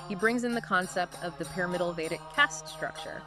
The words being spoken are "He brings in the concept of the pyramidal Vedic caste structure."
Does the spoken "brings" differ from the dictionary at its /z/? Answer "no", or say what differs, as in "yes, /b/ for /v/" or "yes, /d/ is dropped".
no